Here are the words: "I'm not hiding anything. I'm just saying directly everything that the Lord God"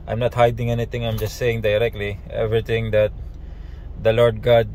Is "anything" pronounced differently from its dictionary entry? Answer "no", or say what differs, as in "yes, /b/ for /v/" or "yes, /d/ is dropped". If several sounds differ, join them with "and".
yes, /t/ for /θ/